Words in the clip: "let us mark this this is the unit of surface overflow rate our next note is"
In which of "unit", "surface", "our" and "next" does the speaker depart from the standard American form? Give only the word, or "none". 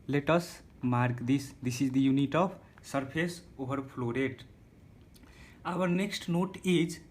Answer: surface